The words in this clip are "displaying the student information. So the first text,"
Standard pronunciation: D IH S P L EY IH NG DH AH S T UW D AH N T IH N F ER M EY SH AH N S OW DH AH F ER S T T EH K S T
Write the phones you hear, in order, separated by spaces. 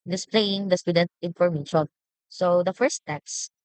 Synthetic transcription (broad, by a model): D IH S P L EY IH NG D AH S T UW D AH N T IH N F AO M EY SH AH N S OW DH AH F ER S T T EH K S